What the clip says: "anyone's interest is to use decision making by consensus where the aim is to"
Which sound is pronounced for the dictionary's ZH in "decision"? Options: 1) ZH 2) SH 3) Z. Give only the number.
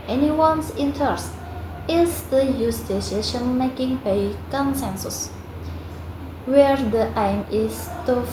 2